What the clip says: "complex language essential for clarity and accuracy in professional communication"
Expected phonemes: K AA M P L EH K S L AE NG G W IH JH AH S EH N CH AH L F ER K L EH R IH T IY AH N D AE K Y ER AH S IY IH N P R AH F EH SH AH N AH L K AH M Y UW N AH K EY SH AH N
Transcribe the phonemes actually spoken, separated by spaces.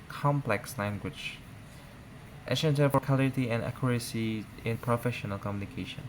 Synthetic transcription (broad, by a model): K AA M P L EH K S L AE NG G W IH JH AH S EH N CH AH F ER K AA L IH T IY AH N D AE K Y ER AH S IY IH N P R AH F EH SH AH N AH L K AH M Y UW N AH K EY SH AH N